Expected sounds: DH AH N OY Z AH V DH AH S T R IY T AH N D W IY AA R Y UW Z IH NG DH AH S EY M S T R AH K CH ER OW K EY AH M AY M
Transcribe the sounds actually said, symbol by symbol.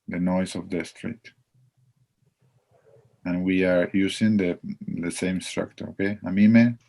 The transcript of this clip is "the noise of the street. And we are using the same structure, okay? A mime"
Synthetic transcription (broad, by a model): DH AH N OY S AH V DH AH S T R IY T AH N W IY AA R Y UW S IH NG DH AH S EY M S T R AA K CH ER OW K EY AH M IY M